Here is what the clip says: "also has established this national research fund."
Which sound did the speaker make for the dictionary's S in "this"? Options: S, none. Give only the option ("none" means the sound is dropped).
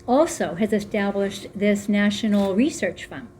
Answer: S